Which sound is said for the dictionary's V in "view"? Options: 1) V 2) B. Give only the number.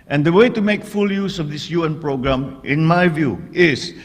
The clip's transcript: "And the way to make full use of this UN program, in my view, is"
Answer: 1